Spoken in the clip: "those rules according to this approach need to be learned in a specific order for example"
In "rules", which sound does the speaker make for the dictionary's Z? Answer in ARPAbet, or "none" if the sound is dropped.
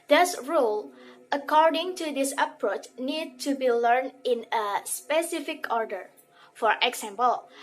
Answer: none